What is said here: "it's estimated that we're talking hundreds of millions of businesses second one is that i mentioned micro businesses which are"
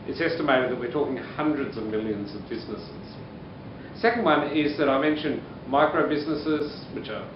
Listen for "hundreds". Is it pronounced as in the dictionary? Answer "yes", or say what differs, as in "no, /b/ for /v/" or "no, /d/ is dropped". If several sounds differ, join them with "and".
yes